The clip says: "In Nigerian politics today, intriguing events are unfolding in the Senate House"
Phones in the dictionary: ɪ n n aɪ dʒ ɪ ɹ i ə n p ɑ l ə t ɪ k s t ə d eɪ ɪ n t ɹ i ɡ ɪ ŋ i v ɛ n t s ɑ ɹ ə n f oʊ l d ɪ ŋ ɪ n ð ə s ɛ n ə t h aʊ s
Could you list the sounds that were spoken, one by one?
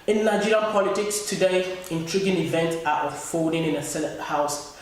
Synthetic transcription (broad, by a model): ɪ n n aɪ dʒ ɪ ɹ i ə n p ɑ l ə t ɪ k s t ə d eɪ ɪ n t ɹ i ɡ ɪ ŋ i v ɛ n t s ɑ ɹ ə f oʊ d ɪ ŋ ɪ n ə s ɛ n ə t h aʊ s